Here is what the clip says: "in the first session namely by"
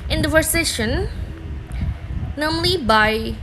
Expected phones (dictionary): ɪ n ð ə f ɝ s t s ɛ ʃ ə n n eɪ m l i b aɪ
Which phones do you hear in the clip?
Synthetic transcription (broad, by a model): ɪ n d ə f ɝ t s ɛ ʃ ə n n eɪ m l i b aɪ